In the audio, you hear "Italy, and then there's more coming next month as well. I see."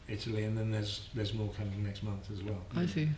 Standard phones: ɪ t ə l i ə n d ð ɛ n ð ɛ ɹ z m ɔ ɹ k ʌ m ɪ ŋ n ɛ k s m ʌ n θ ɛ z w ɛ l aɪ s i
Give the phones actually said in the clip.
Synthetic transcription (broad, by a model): ɪ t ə l i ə n ð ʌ n ð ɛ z z m ɔ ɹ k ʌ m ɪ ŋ n ɛ k s m ʌ n θ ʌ z w ɛ l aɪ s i